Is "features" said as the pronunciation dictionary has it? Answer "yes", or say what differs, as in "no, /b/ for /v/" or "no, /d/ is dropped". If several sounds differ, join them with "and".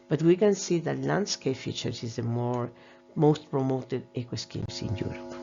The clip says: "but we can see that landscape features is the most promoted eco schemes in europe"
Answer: no, /s/ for /z/